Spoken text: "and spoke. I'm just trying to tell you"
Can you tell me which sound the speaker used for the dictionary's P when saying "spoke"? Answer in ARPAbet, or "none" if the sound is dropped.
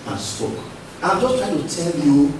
none